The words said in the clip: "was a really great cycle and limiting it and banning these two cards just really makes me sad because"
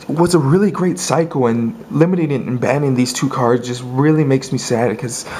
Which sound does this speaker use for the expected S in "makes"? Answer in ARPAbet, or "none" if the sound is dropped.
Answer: S